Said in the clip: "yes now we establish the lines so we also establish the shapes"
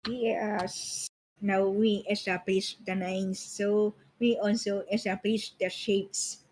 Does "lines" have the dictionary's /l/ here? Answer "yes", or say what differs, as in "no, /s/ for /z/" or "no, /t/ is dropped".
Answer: no, /n/ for /l/